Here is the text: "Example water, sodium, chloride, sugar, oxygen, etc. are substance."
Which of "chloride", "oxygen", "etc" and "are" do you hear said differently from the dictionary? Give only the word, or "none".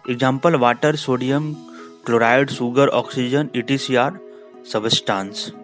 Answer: etc